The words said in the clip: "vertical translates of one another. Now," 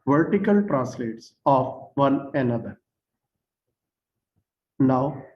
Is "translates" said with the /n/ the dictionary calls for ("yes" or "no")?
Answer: no